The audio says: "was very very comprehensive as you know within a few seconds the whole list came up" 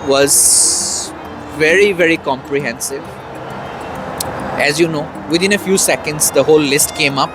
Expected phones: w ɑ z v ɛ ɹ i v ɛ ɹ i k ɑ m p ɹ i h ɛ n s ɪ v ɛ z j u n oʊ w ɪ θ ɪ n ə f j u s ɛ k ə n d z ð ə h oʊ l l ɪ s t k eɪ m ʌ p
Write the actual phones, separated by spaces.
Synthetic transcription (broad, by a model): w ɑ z v ɛ ɹ i v ɛ ɹ i k ɑ m p ɹ i h ɛ n s ɪ v ɛ z j u n oʊ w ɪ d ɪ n ə f j u s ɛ k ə n d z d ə h oʊ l l ɪ s t k eɪ m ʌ p